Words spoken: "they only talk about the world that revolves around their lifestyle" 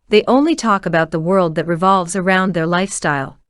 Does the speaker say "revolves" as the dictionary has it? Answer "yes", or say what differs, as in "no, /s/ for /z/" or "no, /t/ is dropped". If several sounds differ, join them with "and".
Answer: yes